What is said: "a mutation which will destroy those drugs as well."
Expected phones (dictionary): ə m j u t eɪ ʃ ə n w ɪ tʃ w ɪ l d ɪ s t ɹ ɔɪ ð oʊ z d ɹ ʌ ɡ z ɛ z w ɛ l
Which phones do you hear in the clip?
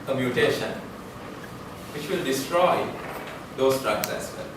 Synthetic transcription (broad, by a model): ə m j u t eɪ ʃ ə n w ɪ tʃ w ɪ l d ɪ s t ɹ ɔɪ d oʊ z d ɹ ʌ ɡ s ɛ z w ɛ l